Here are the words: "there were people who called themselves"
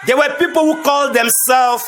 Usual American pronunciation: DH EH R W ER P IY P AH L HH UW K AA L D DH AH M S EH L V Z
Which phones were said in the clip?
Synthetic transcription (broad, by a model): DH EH W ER P IY P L HH UW K AA L D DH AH M S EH L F